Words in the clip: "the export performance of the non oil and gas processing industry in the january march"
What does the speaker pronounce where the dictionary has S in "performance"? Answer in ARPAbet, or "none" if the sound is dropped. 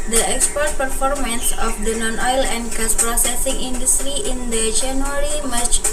S